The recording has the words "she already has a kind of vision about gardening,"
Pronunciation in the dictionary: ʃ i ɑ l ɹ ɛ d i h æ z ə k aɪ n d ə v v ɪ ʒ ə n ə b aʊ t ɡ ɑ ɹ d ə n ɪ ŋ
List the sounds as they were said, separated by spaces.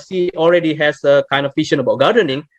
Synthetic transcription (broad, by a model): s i ɑ l ɹ ɛ d i h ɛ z ə k aɪ n d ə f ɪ ʃ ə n ə b aʊ t ɡ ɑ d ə n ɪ ŋ